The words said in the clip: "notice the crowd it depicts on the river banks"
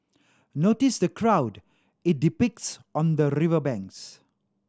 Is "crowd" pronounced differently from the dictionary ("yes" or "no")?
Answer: no